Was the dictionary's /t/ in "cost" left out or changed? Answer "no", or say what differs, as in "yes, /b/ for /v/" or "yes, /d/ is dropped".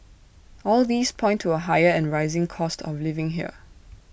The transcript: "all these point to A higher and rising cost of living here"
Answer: no